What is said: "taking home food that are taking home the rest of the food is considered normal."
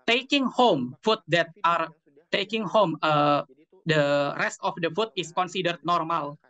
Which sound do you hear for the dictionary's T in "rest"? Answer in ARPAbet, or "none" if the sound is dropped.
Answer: T